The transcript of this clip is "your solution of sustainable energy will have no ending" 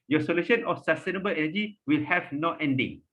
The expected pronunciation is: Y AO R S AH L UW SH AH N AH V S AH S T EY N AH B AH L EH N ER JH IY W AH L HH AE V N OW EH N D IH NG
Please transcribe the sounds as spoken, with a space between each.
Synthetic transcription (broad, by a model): Y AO S AH L UW SH AH N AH F S AH S T EY N AH B AH L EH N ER JH IY W AH L HH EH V N OW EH N D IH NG